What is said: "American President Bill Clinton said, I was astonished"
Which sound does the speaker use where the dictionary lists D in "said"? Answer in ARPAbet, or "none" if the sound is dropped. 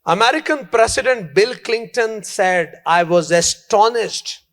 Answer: D